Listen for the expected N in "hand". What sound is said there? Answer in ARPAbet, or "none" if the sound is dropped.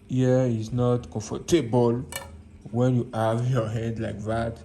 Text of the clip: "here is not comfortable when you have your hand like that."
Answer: none